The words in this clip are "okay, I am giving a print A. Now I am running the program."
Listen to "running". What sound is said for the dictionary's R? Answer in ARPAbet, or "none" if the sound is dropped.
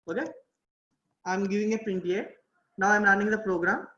L